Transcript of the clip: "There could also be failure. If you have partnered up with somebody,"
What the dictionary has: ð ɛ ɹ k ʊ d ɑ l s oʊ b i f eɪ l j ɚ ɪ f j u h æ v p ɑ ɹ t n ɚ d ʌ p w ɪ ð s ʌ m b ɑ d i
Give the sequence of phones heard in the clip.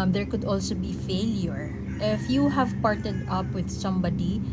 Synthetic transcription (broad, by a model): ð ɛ ɹ k ʊ d ɑ l s oʊ b i f eɪ l j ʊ ɪ f j u h æ v p ɑ ɹ t ɚ d ʌ p w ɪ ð s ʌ m b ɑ d i